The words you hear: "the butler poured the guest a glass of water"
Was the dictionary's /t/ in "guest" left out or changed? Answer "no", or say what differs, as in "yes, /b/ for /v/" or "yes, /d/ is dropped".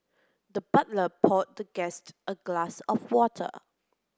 no